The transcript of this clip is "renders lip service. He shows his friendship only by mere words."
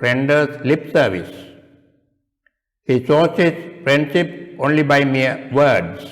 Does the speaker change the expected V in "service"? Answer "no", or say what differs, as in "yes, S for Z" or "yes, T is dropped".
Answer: no